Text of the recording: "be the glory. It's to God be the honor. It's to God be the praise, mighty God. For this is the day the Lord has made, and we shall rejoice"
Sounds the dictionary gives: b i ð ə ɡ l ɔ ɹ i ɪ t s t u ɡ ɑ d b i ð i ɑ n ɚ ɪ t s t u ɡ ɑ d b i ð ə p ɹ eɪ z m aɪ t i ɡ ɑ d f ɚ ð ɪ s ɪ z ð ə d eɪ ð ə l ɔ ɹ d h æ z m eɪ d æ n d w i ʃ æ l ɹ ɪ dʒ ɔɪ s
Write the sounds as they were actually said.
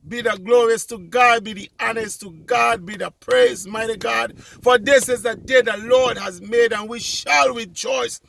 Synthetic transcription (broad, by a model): b i ð ə ɡ l ɔ ɹ i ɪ s t u ɡ ɑ d b i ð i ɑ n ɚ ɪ s t u ɡ ɑ d b i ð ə p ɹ eɪ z m aɪ t i ɡ ɑ d f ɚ ð ɪ s ɪ z ð ə d eɪ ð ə l ɔ ɹ d h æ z m eɪ d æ n w i ʃ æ l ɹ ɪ dʒ ɔɪ s